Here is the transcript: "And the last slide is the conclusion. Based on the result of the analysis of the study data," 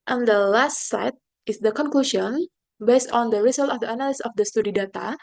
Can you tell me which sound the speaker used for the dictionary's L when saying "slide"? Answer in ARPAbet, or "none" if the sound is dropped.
none